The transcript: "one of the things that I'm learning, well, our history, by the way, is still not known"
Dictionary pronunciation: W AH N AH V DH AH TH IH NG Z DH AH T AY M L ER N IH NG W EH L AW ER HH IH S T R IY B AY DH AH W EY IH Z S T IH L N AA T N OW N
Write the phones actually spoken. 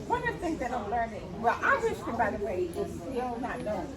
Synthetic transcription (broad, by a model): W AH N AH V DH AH TH IH NG Z DH AH T AY M L ER N IH NG W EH L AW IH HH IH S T IY B AY DH AH W EY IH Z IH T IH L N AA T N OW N